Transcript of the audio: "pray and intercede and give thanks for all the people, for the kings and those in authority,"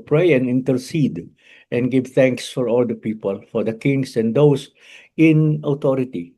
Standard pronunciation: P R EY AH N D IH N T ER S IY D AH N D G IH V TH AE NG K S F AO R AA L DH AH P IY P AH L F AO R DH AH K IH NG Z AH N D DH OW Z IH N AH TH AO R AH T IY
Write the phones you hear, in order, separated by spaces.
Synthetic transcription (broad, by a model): P R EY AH N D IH N T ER S IY D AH N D G IH V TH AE NG K S F AO R AA L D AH P IY P AH L F AO R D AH K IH NG S AH N D OW S IH N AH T AO R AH T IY